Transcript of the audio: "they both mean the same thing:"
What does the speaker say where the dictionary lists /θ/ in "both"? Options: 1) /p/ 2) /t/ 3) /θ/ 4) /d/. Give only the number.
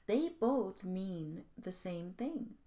3